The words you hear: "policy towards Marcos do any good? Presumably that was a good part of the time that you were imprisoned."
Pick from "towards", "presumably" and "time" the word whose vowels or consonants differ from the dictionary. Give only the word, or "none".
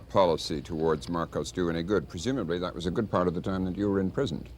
none